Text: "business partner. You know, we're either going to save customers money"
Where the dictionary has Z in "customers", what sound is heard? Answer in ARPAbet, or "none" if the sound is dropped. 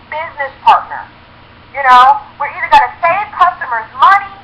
Z